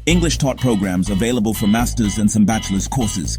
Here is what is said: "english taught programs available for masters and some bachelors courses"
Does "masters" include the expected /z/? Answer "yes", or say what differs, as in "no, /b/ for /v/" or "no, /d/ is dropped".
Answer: yes